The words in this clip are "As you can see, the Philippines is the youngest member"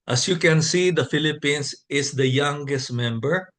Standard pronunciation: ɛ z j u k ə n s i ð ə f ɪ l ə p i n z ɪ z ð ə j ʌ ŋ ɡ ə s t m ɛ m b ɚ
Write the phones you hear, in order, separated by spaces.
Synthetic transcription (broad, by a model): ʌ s j u k ə n s i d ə f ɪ l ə p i n s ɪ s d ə j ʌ ŋ ɡ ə s t m ɛ m b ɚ